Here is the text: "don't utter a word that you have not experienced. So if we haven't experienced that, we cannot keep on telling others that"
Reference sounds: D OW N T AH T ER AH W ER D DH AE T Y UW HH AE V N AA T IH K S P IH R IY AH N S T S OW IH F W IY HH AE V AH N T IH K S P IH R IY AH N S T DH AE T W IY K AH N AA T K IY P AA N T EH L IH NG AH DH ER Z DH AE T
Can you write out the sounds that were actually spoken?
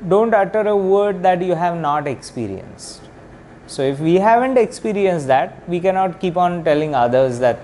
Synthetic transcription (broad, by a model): D OW N T AH T ER AH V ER D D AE T Y UW HH AE V N AA T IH K S P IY R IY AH N S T S OW IH F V IY HH AE V AH N T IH K S P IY R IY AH N S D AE T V IY K AH N AA T K IY P AA N T EH L IH NG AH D ER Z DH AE T